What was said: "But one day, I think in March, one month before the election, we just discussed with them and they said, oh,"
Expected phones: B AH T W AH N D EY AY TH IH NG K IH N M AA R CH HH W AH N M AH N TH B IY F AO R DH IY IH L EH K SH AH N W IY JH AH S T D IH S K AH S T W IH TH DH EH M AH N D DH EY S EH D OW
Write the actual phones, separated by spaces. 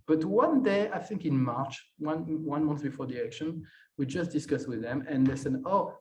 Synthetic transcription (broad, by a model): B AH T W AH N D EY AY TH IH NG K IH N M AA R CH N W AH N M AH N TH B IY F AO R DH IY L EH K SH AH N W IY JH AH S T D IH S K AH S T W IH DH EH M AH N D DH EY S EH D OW